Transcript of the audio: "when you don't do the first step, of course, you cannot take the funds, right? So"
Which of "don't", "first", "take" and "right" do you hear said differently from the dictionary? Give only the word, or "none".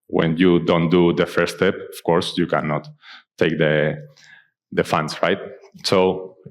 first